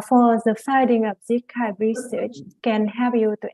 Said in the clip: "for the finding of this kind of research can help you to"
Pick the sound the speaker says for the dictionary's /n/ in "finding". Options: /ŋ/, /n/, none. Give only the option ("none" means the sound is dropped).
none